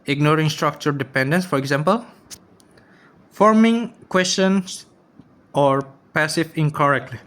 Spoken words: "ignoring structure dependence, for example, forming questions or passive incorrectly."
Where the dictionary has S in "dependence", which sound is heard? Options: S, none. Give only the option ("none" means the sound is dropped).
S